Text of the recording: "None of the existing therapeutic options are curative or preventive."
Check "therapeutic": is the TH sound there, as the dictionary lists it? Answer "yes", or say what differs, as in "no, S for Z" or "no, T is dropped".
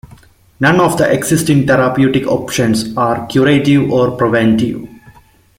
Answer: no, T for TH